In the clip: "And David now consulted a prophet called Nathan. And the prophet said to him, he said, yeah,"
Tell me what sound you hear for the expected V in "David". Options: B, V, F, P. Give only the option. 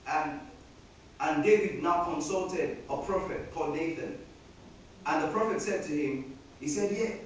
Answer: V